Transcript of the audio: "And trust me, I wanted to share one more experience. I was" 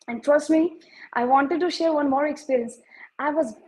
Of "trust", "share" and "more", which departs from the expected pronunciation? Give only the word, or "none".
none